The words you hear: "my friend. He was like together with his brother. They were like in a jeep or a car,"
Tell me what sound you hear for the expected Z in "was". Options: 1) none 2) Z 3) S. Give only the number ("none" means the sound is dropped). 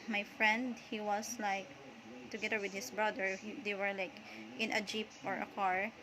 3